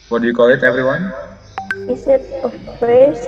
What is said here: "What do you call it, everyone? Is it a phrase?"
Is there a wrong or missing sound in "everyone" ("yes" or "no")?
no